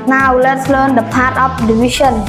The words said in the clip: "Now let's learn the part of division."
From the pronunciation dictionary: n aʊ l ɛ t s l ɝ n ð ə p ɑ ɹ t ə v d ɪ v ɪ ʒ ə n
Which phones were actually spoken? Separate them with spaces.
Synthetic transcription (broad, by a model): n aʊ l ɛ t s l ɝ n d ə p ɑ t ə p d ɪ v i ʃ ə n